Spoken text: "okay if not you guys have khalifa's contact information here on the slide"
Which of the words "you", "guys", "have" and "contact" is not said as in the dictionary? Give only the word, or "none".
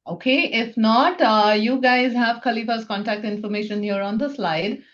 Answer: none